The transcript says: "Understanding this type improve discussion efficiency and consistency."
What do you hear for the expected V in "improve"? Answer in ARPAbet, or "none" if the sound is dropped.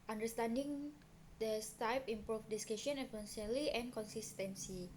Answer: F